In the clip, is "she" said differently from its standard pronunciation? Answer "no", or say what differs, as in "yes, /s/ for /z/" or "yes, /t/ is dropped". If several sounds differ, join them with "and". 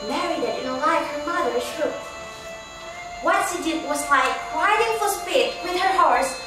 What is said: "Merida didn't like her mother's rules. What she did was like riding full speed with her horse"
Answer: yes, /s/ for /ʃ/